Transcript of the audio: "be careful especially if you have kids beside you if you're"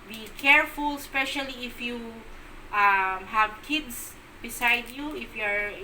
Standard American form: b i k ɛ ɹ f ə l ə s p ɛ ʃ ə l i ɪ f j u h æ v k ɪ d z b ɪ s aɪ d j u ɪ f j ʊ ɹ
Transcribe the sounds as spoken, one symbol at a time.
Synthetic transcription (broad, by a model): b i k ɛ ɹ f ə l s p ɛ ʃ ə l i ɪ f j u h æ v k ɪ d s b ɪ s aɪ d j u ɪ f j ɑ ɹ